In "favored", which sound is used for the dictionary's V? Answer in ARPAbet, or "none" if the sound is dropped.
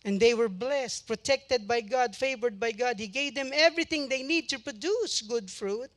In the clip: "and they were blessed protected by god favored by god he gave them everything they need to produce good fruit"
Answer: V